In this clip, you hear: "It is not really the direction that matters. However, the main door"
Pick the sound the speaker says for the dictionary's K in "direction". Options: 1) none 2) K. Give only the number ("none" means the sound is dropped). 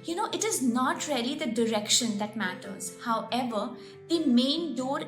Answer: 2